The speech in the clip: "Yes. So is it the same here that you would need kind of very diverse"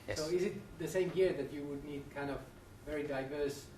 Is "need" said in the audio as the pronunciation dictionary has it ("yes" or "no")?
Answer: yes